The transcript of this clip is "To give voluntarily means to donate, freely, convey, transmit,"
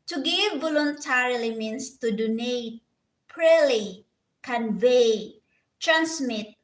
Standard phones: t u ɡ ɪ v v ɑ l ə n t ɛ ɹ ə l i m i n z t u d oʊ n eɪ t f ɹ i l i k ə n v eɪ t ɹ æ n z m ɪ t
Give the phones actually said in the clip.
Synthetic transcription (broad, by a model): t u ɡ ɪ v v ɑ l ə n t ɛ ɹ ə l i m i n s t u d oʊ n eɪ t p ɹ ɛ l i k ə n v eɪ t ɹ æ n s m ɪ t